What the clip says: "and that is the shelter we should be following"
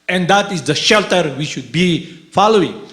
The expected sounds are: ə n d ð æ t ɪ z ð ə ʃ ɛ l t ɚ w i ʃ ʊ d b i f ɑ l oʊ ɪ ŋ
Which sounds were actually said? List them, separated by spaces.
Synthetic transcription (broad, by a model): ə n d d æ t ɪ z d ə ʃ ɛ l t ɚ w i ʃ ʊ d b i f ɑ l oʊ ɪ ŋ